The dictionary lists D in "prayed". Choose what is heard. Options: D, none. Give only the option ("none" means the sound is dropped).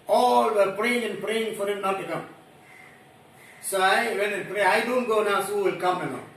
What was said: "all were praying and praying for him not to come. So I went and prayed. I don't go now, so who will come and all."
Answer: none